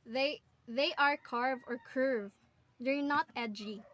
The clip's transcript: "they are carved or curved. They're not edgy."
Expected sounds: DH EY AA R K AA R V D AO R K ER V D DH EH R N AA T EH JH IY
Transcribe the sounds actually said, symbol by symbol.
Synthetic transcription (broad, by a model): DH EY AA R K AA R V AO R K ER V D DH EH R N AA T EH JH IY